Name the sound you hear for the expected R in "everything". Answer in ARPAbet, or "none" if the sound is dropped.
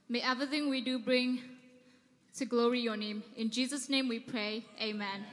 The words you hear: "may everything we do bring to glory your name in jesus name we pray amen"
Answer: none